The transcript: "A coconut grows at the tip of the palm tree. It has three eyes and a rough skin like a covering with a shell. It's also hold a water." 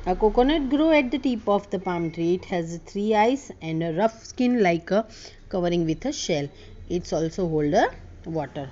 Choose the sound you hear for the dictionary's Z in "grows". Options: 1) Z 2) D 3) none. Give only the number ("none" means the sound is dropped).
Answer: 3